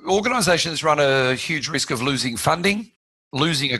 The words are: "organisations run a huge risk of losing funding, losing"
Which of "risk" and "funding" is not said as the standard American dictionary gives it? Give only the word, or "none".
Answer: none